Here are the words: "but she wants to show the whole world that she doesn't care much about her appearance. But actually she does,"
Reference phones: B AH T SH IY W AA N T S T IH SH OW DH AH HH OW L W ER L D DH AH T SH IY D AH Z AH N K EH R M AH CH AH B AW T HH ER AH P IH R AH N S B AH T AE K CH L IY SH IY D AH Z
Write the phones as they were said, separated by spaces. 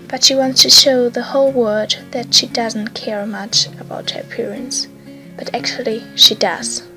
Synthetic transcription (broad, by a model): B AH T SH IY W AA N T S T IH SH OW DH AH HH OW L W ER D DH AH T SH IY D AH Z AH N K EH R M AH CH AH B AW T HH ER P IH R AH N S B AH T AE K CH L IY SH IY D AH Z